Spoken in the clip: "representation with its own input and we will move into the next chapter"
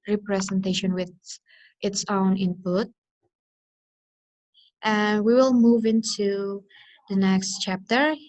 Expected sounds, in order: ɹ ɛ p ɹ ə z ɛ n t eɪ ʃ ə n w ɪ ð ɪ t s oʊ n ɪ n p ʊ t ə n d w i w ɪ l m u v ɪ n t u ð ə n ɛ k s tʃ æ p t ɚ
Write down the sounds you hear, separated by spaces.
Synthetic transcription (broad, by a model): ɹ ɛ p ɹ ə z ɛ n t eɪ ʃ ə n w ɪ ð ɪ t s oʊ n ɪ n p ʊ t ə n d w i w ɪ l m u v ɪ n t u ð ə n ɛ k s tʃ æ p t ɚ